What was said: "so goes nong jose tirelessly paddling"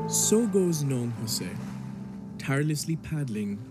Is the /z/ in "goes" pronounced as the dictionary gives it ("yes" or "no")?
yes